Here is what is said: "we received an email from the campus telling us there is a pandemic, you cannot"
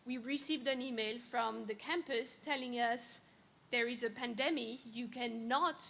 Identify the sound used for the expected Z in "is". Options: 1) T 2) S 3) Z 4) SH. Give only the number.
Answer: 3